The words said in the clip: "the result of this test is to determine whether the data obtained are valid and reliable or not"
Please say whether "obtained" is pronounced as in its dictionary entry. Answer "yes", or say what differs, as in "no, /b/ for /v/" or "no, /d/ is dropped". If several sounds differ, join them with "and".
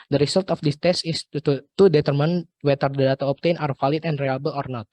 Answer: no, /d/ is dropped